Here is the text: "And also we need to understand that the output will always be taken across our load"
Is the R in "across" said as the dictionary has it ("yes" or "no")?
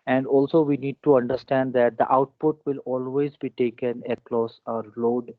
no